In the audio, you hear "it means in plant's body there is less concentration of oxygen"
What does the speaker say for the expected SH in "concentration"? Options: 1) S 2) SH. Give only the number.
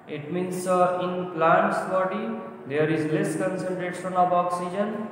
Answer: 1